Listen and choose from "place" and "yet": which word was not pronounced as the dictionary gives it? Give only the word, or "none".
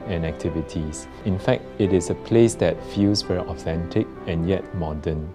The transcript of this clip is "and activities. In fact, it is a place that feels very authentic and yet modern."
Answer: none